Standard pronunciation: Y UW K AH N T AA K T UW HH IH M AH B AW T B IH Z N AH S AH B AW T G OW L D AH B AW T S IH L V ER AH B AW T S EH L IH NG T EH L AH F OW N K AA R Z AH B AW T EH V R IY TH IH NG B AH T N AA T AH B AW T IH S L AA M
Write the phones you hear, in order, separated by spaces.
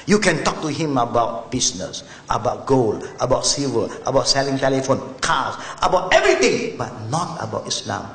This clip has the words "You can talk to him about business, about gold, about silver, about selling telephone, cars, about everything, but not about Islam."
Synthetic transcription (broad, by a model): Y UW K AH N T AA K T UW HH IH M AH B AW T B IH S N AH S AH B AW T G OW L AH B AW T S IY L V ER AH B AW T S EH L IH NG T EH L AH F OW N K AA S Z AH B AW T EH V R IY T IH NG B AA T N AA T AH B AW T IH S L AA M